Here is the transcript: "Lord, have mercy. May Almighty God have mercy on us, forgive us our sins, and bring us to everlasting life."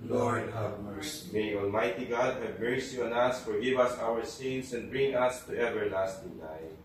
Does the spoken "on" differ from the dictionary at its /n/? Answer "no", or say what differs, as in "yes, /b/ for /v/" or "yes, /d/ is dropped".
no